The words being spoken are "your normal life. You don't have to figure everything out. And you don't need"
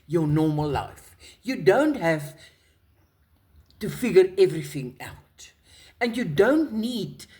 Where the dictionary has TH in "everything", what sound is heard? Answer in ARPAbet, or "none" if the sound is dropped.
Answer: TH